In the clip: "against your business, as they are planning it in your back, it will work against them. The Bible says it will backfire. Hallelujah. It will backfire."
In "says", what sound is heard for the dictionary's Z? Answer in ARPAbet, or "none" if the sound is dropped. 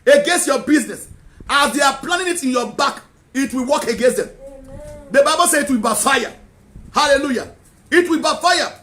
none